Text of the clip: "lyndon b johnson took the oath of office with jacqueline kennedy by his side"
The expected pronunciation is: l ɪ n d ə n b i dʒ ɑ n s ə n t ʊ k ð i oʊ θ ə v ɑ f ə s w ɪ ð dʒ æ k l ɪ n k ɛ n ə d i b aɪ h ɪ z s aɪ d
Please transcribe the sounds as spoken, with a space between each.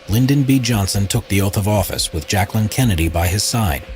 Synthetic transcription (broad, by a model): l ɪ n d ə n b i dʒ ɑ n s ə n t ʊ k ð i oʊ θ ə v ɑ f ə s w ɪ ð dʒ æ k l ɪ n k ɛ n ə d i b aɪ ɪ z s aɪ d